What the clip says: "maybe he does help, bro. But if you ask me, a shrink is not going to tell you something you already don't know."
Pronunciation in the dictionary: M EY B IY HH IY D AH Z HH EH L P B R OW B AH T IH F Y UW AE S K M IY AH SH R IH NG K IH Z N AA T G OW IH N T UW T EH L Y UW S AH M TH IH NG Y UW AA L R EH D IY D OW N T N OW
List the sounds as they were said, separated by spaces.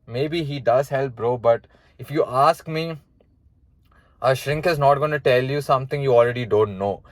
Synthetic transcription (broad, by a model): M EY B IY HH IY D AH Z HH EH L P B R OW B AH T IH F Y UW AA S K M IY AH SH R IH NG K IH Z N AA T G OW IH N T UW T EH L Y UW S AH M T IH NG Y UW AA L R EH D IY D OW N T N OW